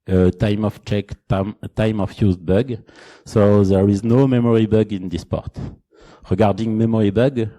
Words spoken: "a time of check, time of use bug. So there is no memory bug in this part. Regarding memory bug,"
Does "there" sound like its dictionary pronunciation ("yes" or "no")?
yes